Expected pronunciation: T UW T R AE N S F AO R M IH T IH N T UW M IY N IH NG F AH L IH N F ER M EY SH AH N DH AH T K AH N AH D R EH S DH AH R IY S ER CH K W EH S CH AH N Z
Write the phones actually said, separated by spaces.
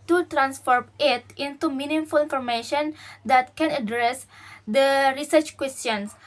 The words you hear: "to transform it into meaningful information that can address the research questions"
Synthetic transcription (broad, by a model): T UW T R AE N S F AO R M IH T IH N T UW M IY N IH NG F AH L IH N F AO M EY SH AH N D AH T K AH N AH D R EH S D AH R IY S ER CH K W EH S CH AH N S